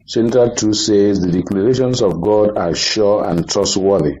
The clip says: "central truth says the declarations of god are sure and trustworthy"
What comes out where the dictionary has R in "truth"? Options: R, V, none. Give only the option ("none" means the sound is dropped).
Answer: none